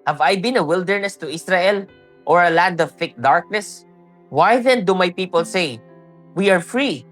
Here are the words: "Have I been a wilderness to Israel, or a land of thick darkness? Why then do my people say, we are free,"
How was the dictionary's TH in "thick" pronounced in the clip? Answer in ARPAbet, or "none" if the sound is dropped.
F